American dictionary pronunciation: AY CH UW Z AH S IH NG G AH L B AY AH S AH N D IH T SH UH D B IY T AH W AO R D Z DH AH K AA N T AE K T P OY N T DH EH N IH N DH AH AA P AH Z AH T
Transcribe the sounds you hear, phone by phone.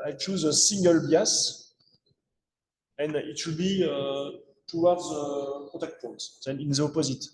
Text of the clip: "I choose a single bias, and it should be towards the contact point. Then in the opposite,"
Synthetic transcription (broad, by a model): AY CH UW Z AH S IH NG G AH L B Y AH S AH N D IH T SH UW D B IY T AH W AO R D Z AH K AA T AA K T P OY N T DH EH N IH N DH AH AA P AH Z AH T